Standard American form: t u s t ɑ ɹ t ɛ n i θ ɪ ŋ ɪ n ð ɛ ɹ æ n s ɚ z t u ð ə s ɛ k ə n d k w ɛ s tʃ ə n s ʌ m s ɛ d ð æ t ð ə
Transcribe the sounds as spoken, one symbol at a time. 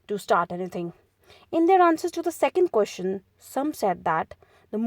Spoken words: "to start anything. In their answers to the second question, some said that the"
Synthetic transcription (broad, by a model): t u s t ɑ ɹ t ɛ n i t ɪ ŋ ɪ n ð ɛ ɹ æ n s ɚ z t u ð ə s ɛ k ə n d k w ɛ s tʃ ə n s ʌ m s ɛ d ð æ t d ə